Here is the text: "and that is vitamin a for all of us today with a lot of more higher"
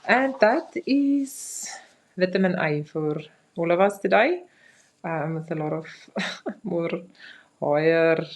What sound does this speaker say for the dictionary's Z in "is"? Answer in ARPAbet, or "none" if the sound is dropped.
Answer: S